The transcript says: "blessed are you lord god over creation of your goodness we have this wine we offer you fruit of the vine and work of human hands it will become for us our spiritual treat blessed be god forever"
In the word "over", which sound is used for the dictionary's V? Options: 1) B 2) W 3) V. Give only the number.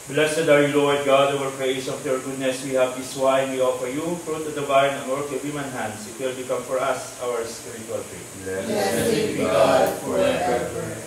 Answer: 2